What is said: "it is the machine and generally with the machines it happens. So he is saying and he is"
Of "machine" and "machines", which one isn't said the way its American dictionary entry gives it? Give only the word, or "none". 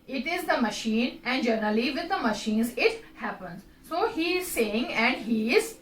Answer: none